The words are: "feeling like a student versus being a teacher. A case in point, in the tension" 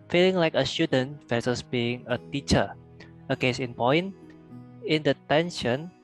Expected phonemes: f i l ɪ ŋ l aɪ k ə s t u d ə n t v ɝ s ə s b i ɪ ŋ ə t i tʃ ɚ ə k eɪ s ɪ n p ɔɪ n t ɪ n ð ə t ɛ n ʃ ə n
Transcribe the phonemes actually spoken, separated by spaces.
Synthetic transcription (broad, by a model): f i l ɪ ŋ l aɪ k ə s t u d ə n t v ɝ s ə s b i ɪ ŋ ə t i tʃ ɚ ə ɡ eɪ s ɪ n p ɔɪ n ɪ n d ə t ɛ n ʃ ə n